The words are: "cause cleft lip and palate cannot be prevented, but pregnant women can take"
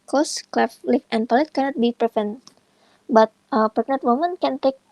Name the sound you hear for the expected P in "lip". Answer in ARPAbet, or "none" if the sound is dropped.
F